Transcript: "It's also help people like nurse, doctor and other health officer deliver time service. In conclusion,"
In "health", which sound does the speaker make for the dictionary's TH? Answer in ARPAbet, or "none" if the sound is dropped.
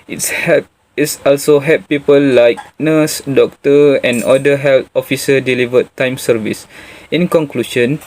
T